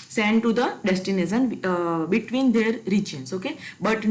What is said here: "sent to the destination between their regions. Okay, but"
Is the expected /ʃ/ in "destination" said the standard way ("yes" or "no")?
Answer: no